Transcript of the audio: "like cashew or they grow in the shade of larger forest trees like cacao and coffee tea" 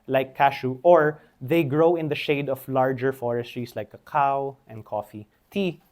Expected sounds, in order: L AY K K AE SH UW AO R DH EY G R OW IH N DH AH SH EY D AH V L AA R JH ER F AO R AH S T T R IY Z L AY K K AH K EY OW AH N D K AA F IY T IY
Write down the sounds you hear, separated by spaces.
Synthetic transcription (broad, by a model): L AY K K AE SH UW AO R DH EY G R OW IH N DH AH SH EY D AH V L AA R JH ER F AO R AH S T T R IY S L AY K K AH K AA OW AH N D K AA F IY T IY